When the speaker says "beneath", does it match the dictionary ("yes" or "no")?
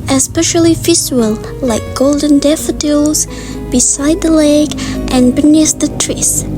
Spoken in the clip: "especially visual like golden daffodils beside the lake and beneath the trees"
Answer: no